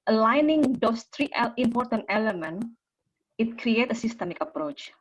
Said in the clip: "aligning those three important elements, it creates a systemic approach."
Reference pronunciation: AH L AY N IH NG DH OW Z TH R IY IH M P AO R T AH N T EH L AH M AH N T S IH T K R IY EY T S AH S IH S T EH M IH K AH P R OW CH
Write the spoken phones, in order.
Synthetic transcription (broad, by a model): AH L AY N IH NG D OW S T R IY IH M P AO R T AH N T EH L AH M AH N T IH T K R IY EY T AH S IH S T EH M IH K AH P R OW CH